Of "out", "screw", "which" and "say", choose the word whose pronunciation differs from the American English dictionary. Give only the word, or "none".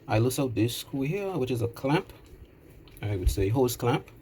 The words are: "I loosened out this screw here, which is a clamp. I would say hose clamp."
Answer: screw